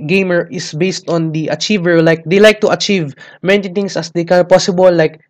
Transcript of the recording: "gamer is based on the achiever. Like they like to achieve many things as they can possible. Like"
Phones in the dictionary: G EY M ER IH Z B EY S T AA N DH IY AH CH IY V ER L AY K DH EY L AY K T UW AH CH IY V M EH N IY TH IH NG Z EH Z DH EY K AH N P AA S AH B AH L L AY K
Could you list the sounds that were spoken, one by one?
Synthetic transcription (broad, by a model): G EY M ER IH S B EY S T AA N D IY AH CH IY V ER L AY K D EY L AY K T UW AH CH IY V M EH N IY T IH NG S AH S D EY K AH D P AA S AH B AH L L AY K